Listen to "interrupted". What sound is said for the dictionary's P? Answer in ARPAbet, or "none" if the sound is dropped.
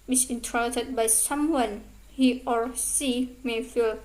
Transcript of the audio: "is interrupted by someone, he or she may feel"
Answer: none